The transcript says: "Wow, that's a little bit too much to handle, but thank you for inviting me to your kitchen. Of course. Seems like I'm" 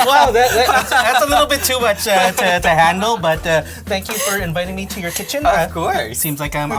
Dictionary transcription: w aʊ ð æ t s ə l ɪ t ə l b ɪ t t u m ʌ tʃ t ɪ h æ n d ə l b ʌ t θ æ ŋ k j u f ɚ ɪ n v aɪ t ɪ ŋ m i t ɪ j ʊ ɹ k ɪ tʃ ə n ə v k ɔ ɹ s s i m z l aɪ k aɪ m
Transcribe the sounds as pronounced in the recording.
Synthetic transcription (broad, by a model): w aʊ ð æ t s ə l ɪ t l b ɪ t t u m ʌ tʃ t ɪ h æ n d l b ʌ t θ æ ŋ k j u f ɚ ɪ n v aɪ t ɪ ŋ m i t ɪ j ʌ ɹ k ɪ tʃ ə n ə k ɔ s s i m z l aɪ k aɪ m